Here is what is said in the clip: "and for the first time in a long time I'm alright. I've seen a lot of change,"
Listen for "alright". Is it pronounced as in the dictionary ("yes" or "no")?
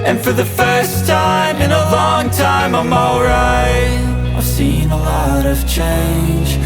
no